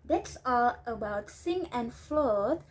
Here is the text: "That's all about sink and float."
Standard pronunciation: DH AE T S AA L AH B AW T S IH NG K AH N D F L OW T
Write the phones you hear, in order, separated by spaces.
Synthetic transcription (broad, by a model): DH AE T S AA L AH B AW T S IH NG AH N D F L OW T